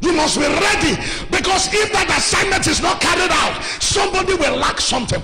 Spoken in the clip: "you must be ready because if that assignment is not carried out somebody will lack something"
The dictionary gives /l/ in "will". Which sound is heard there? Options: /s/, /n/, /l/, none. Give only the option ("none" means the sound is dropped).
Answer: /l/